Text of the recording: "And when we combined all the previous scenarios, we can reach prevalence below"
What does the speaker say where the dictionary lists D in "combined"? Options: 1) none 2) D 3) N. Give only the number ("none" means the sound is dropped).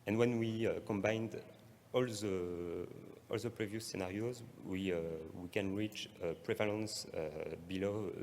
2